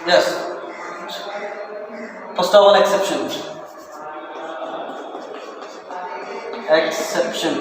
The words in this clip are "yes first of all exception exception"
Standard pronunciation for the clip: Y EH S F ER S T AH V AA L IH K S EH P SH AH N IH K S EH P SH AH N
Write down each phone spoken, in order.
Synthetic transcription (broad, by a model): Y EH S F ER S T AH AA N IH K S EH P SH AH N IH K S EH P SH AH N